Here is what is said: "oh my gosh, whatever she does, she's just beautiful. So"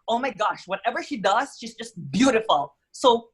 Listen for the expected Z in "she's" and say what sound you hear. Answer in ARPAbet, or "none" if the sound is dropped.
Z